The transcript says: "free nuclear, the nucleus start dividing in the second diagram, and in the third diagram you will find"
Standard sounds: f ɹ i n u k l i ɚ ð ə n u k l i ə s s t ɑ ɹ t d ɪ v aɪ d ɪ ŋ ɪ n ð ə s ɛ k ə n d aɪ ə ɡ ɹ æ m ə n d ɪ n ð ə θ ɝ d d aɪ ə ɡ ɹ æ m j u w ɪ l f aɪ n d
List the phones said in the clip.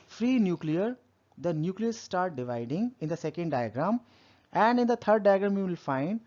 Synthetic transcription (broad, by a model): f ɹ i n u k l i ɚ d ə n u k l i ə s s t ɑ ɹ t d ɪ v aɪ d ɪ ŋ ɪ n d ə s ɛ k ə n d aɪ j ɡ ɹ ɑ m ə n d ɪ n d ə t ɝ d d aɪ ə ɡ ɹ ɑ m j u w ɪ l f aɪ n d